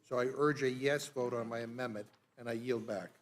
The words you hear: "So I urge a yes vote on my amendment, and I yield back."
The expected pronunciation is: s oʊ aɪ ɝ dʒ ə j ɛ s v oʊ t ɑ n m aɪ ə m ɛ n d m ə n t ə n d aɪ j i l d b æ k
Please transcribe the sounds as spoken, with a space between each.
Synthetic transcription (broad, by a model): s oʊ aɪ ɝ dʒ ə j ɛ s v oʊ t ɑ n m aɪ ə m ɛ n m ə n t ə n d aɪ j i l d b æ k